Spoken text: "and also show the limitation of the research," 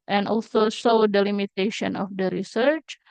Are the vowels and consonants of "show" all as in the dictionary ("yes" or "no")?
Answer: no